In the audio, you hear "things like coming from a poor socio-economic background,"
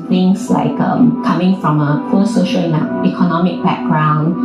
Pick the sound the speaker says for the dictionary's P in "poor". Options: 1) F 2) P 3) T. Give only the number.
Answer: 1